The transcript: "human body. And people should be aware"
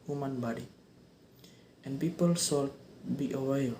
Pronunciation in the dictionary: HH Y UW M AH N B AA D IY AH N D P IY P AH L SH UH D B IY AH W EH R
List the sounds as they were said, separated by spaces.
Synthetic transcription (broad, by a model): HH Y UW M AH N B AA D IY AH N P IY P AH L S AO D B IY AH W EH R